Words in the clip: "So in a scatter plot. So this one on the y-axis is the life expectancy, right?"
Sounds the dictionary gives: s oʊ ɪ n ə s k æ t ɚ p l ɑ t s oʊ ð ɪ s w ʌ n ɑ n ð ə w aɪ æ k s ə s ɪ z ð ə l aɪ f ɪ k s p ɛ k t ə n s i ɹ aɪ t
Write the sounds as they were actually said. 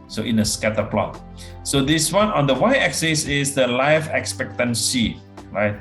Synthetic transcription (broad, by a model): s oʊ ɪ n ə s k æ t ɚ p l ɑ t s oʊ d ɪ s w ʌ n ɑ n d ə w aɪ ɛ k s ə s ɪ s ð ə l aɪ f ɪ k s p ɛ k t ə n s i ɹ aɪ t